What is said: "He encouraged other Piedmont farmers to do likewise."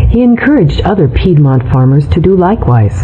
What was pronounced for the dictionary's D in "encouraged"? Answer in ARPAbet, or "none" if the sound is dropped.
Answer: D